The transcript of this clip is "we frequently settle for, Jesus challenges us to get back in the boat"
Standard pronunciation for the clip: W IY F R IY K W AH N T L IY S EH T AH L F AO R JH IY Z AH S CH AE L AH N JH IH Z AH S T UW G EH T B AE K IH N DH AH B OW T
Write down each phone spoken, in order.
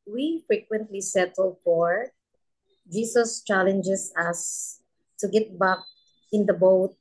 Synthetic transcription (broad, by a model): W IY F R IY K W AH N T L IY S EH T AH L F AO R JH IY S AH S CH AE L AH N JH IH S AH S T UW G EH T B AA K IH N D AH B OW T